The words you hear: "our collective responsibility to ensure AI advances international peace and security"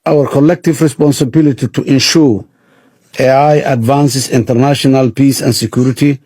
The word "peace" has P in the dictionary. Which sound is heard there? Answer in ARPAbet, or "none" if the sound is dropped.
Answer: P